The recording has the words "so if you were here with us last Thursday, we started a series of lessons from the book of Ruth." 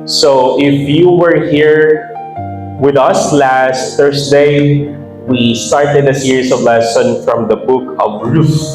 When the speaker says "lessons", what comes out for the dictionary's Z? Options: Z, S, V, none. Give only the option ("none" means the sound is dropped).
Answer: none